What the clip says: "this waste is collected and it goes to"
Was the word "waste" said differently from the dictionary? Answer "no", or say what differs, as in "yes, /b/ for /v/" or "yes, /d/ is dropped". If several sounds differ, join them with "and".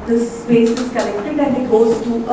yes, /t/ is dropped